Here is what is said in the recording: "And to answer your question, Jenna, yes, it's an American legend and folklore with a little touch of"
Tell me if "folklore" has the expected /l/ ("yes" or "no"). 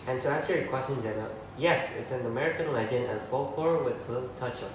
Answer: no